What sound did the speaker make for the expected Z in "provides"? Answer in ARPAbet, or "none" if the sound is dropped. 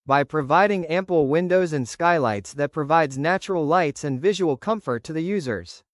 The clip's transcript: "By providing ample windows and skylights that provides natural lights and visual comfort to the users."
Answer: Z